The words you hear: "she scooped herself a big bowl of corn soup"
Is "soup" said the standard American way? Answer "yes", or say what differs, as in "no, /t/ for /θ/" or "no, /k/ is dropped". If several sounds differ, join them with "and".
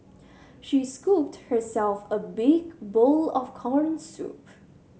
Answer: yes